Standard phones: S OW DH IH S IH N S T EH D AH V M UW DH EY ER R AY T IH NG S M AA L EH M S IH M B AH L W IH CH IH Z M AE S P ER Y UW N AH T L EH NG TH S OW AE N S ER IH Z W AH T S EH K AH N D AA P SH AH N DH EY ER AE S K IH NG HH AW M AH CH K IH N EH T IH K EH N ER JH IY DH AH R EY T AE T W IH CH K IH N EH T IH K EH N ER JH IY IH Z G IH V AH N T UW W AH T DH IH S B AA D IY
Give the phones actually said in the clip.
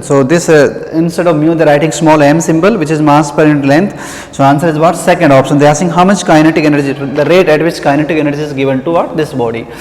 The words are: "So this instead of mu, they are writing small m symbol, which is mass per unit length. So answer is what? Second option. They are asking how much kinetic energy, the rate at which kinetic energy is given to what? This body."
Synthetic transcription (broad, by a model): S OW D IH S IH N S T EH D AH V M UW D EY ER R AY T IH NG S M AA L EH M S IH M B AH L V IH CH IH Z M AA S P ER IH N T L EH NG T S OW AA N S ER IH Z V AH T S EH K AH N D AA P SH AH N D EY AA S IH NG HH AW M AH CH K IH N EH T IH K EH N ER JH IY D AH R EY T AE T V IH CH K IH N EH T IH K EH N ER JH IY IH Z G IH V AH N T UW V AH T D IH S B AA D IY